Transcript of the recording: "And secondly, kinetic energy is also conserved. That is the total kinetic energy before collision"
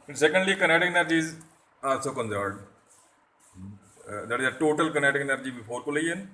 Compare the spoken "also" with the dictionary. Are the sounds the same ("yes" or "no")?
no